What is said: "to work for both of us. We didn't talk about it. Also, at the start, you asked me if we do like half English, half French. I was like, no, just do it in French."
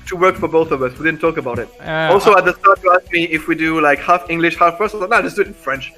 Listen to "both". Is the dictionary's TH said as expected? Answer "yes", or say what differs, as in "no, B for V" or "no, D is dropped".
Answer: yes